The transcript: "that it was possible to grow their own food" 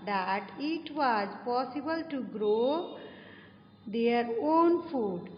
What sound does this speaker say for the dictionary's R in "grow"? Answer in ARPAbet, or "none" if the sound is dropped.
R